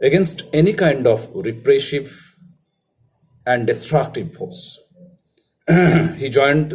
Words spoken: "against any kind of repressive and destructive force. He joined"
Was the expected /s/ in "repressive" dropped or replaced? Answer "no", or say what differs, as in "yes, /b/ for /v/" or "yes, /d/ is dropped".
yes, /ʃ/ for /s/